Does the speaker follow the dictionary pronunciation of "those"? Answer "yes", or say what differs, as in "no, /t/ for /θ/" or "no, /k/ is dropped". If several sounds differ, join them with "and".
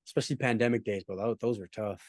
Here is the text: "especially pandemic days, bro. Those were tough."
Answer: yes